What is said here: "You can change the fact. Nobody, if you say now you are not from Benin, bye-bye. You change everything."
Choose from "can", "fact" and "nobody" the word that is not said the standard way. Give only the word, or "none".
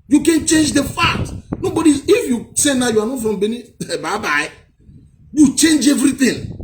fact